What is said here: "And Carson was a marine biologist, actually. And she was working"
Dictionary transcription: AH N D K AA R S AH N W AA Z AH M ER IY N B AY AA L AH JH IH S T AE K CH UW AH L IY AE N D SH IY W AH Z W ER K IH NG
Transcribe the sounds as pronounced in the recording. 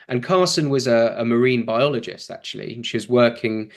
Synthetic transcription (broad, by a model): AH N K AA S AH N W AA Z AH M ER IY N B AY AA L AH JH IH S T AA K CH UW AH L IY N SH IY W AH Z W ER K IH NG